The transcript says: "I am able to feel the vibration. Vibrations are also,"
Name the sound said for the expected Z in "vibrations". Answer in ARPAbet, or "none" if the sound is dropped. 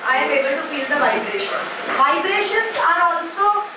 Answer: none